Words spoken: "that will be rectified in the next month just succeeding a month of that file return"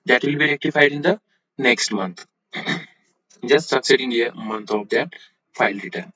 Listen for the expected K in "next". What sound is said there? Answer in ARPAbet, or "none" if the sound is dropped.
K